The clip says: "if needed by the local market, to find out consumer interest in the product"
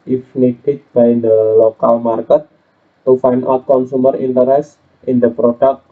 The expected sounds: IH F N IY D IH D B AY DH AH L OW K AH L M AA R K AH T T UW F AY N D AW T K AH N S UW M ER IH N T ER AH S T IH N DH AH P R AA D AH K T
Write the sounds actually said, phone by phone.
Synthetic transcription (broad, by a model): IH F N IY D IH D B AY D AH L OW K AH L M AA R K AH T T UW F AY N AW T K AH N S UW M ER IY N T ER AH S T IH N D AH P R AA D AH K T